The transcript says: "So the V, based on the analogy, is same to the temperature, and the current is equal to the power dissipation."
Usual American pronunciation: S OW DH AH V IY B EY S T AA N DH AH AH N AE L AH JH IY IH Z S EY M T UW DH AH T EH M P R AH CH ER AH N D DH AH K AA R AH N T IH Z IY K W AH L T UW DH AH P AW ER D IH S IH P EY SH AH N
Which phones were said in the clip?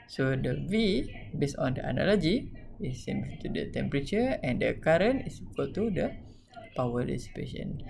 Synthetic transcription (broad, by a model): S OW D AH V IY B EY S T AA N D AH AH N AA L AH JH IY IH S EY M T UW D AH T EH M P R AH CH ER AH N D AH K AA R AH N IH S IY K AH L T UW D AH P AW ER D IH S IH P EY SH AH N